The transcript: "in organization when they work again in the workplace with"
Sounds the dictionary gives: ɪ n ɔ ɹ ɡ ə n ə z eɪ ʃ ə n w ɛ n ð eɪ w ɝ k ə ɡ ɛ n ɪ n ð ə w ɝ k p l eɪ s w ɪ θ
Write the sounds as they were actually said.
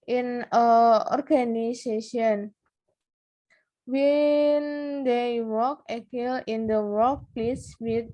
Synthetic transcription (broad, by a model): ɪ n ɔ ɹ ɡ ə n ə s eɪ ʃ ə n w ɛ n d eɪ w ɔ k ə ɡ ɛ l ɪ n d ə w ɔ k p l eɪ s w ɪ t